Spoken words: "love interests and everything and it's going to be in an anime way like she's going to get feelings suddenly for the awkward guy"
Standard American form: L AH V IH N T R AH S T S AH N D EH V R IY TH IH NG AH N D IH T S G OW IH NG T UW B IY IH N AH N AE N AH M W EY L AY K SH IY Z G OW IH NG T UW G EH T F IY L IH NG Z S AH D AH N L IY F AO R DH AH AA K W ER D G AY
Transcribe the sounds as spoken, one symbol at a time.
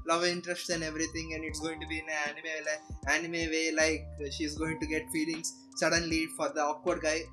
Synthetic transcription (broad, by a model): L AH V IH N T R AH S T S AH N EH V R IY T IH NG AH N D IH T S G OW IH NG T UW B IY IH N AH L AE N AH M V EY L AY K SH IY Z G OW IH NG T UW G EH T F IY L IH NG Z S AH D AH N L IY F AO R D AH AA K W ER D G AY